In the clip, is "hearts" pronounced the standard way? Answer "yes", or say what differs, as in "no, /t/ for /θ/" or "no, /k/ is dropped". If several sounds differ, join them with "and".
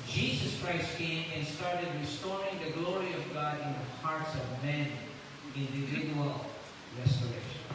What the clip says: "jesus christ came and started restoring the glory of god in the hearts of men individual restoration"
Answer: yes